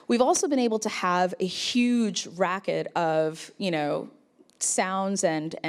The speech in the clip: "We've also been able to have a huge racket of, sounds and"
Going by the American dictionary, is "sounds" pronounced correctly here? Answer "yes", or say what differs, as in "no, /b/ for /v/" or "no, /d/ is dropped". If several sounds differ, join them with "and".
yes